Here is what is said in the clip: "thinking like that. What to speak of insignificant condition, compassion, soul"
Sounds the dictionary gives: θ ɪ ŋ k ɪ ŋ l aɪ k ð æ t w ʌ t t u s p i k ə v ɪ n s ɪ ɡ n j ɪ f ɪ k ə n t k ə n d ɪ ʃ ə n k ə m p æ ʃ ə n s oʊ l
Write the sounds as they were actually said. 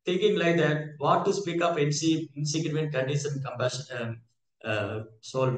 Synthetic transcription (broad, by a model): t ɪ ŋ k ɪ ŋ l aɪ k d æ t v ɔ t t u s p i k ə p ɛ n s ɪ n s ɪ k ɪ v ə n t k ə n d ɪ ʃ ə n k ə m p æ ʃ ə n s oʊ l